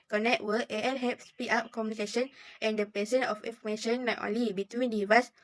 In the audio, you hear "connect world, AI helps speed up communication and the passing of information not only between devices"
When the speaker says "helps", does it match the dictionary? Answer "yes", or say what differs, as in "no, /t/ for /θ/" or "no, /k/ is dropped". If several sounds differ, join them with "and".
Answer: no, /l/ is dropped